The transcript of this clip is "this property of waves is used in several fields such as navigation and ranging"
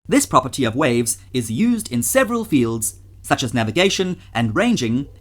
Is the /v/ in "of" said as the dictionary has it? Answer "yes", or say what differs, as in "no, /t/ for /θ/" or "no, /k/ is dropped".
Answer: yes